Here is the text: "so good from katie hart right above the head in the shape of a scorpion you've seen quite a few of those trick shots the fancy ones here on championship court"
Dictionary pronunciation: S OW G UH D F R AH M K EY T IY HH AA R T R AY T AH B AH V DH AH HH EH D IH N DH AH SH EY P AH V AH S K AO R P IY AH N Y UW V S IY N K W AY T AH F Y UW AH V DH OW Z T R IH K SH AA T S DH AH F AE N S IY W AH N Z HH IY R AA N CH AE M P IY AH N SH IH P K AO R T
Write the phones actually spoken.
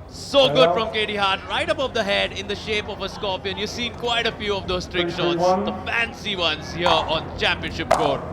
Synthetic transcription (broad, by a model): S OW G UH D F R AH M K EY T IY HH AA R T R AY T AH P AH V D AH HH EH D IH N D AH SH EY P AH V AH S K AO P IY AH N Y UW V S IY N K W AY T AH F Y UW AH V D OW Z T R IH K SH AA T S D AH F AE N S IY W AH N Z HH IY R AA N CH AE M P IY AH N SH IH P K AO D